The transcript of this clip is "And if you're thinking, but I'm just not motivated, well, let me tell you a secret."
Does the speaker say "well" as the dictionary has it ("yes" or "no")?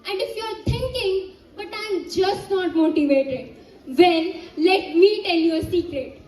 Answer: no